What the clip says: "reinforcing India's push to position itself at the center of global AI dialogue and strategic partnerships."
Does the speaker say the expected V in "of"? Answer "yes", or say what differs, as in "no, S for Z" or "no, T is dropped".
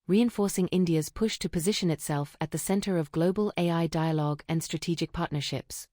yes